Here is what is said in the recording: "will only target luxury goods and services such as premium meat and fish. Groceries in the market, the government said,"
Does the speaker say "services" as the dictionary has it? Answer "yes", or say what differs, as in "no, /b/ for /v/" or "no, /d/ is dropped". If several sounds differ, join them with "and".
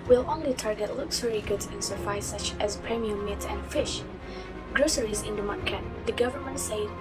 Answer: no, /f/ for /v/ and /s/ is dropped